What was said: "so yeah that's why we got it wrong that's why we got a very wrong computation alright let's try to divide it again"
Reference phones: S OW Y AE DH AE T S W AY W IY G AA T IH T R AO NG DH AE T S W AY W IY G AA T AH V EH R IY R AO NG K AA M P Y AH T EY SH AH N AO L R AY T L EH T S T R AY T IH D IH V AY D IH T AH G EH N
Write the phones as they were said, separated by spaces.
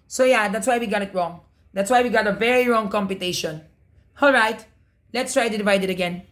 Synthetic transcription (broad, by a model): S OW Y AE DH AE T S W AY W IY G AA T IH T R AO NG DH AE T S W AY W IY G AA T AH V EH R IY R AO NG K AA M P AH T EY SH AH N AO L R AY T L EH T S T R AY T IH D IH V AY D IH T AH G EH N